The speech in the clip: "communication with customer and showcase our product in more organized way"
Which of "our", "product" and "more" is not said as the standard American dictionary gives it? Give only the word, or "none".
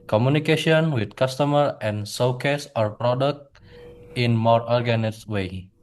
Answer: none